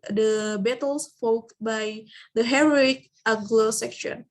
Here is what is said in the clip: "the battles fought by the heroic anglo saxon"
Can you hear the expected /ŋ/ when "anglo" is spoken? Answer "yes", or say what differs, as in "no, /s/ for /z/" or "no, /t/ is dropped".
no, /ŋ/ is dropped